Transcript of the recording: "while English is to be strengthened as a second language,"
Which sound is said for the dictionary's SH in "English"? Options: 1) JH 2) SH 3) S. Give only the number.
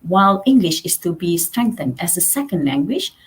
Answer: 2